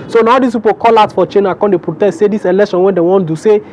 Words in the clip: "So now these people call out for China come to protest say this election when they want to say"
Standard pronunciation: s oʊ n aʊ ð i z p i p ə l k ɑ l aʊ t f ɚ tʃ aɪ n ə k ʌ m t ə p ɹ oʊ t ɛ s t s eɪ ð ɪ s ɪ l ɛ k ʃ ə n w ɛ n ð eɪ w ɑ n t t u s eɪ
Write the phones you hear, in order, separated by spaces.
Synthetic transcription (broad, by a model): s oʊ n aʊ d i s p i p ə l k ɑ l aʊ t f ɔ tʃ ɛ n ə k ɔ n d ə p ɹ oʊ t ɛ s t s eɪ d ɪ s ɪ l ɛ k ʃ ə n w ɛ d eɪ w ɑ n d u s eɪ